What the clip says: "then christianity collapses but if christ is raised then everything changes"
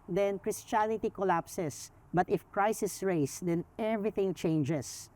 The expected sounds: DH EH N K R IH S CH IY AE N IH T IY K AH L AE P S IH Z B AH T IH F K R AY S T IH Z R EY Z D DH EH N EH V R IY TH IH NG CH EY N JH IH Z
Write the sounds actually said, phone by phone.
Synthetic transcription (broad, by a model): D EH N K R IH S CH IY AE N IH T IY K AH L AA P S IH S B AH T IH F K R AY S IH S R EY S D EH N EH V R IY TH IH NG CH EY N JH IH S